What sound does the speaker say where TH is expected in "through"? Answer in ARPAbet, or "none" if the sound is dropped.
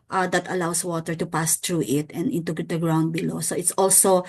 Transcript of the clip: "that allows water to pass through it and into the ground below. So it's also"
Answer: T